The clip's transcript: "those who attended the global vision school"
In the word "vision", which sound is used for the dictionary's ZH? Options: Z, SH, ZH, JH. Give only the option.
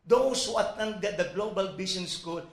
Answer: SH